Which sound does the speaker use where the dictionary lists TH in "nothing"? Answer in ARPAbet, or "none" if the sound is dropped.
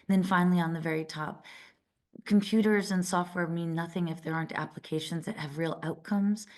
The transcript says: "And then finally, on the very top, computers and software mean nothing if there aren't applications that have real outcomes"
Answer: TH